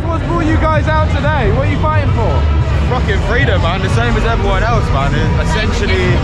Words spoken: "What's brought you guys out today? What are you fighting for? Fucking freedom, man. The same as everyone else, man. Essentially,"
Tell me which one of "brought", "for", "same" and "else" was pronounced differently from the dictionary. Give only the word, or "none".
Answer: brought